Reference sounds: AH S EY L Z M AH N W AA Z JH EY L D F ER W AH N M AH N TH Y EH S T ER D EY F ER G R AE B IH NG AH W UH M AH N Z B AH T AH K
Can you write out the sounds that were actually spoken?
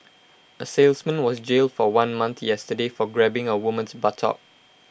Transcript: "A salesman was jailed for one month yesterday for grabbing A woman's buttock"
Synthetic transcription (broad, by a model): AH S EY L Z M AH N W AA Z JH EY L D F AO W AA N M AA N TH Y EH S T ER D EY F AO G R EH B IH NG AH W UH M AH N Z B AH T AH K